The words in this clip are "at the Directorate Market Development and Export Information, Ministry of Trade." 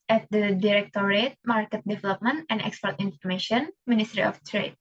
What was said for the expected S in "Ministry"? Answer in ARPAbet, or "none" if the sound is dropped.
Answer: S